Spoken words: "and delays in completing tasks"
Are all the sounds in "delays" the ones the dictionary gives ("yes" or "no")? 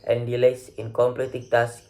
no